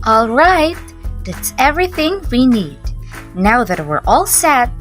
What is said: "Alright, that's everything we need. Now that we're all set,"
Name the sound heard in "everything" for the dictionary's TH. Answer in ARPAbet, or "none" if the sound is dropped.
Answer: TH